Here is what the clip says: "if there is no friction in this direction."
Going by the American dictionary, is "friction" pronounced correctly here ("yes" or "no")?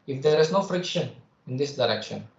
yes